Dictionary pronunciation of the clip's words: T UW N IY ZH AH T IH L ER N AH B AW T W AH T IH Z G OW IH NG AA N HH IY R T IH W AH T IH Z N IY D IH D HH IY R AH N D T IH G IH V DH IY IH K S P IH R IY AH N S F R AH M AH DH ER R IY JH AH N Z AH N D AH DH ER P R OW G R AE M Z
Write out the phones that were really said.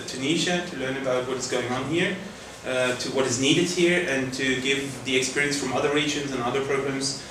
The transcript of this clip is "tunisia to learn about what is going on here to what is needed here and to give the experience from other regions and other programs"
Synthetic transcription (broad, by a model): T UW N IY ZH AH T IH L ER N AH B AW T W AH T IH Z G OW IH NG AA N HH IY R T IH W AH T IH Z N IY D IH D HH IY R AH N T IH G IH V DH IY IH K S P IH R IY AH N S F R AH M AH DH ER R IY JH AH N Z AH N AH DH ER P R OW G R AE M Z